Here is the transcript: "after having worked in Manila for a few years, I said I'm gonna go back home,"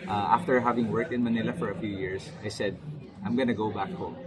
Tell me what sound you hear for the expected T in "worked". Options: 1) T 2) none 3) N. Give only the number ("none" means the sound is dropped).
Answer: 1